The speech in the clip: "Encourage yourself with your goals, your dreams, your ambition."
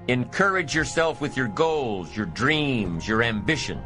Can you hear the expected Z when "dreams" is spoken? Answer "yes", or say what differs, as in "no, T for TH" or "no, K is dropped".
yes